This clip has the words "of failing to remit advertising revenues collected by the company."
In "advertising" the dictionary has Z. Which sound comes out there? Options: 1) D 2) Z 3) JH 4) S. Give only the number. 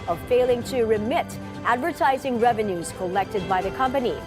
2